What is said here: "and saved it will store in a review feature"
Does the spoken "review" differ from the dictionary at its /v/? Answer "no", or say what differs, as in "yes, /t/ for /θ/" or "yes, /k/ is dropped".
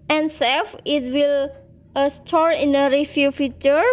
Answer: yes, /f/ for /v/